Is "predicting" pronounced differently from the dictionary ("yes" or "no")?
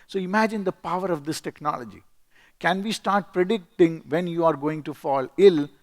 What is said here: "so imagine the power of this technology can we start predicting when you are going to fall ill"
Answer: no